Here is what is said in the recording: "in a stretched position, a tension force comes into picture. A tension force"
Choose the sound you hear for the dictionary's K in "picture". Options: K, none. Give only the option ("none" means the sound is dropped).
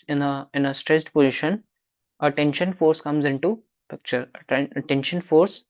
K